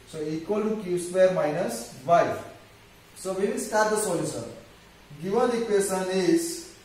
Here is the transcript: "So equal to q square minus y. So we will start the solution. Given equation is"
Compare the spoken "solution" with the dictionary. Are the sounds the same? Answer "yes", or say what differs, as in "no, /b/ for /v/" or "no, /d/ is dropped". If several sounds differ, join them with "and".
no, /s/ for /ʃ/